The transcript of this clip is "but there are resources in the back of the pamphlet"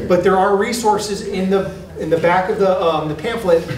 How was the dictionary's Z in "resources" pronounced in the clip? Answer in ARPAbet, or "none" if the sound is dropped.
Z